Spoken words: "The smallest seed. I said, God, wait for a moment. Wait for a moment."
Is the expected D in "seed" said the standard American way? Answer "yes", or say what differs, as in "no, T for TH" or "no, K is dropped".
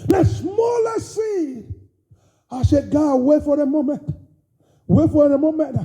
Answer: no, D is dropped